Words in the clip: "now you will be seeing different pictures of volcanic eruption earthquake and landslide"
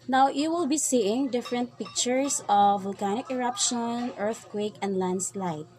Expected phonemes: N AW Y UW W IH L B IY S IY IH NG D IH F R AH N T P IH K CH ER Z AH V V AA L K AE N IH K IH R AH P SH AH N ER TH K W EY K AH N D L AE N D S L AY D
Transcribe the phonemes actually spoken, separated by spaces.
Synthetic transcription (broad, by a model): N AW Y UW W IH L B IY S IY IH NG D IH F R AH N T P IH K CH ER S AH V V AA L K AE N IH K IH R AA P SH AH N ER TH K W EY K AH N D L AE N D S L AY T